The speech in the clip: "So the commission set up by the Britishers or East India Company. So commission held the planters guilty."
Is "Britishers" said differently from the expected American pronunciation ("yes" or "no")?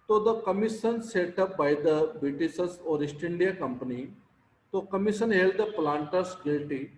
yes